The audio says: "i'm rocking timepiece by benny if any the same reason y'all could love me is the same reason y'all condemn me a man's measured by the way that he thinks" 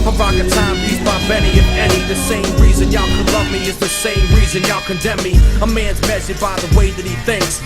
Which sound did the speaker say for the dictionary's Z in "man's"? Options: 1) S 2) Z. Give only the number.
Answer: 2